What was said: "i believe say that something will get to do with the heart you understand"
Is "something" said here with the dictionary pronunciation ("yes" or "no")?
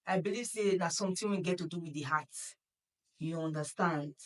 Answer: no